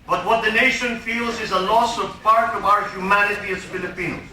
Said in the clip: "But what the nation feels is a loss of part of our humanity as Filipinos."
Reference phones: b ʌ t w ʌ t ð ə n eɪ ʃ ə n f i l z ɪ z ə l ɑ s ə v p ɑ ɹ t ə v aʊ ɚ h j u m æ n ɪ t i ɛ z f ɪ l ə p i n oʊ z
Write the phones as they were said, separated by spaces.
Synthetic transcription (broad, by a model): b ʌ t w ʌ t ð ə n eɪ ʃ ə n f i l z ɪ z ə l ɑ s ə v p ɑ ɹ t ə v aʊ ɚ h j u m æ n ɪ t i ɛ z f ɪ l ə p i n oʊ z